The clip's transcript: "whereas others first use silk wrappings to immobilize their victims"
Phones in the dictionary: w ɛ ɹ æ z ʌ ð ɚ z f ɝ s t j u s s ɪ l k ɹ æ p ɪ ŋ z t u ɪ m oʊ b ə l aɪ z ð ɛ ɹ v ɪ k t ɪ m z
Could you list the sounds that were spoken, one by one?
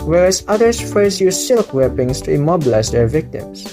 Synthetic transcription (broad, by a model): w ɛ ɹ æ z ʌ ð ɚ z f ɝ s j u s s ɪ l k w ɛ p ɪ ŋ s t u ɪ m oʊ b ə l aɪ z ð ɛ ɹ v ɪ k t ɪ m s